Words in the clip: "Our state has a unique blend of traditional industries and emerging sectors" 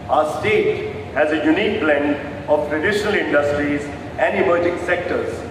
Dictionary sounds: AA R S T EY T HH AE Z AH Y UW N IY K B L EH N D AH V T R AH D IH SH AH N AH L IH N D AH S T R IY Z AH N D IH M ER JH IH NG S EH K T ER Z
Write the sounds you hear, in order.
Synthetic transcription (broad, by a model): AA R S T EY T HH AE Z AH Y UW N IY K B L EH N AH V T R AH D IH SH AH N AH L IH N D AH S T R IY Z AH N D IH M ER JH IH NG S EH K T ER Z